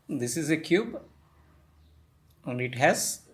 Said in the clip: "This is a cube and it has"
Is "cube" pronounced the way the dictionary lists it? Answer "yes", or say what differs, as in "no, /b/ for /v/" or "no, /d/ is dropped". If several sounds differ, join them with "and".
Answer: yes